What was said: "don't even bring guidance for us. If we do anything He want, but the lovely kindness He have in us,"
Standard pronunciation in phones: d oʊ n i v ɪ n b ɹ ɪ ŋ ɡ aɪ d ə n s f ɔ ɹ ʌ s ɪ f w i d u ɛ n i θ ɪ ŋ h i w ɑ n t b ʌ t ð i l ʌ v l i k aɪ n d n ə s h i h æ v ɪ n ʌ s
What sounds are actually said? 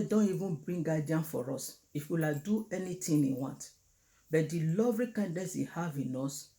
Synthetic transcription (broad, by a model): d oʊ n i v ɪ n b ɹ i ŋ ɡ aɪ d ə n f ɔ ɹ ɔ s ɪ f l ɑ d u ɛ n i t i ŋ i w ɑ n t b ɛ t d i l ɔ v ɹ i k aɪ n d n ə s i h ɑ v ɪ n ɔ s